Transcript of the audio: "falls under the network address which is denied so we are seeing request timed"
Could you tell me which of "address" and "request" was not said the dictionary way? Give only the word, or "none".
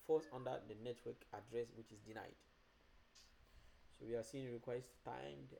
none